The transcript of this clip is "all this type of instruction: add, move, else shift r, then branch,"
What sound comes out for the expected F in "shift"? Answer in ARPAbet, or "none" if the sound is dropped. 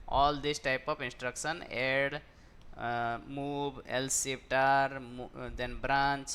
P